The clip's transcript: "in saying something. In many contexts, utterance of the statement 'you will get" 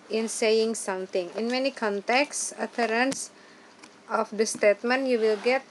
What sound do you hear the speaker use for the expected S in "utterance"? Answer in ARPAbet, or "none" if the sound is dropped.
S